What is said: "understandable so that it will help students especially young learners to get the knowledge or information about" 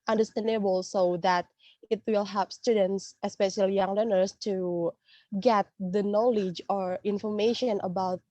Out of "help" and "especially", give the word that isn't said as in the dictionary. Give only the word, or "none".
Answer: help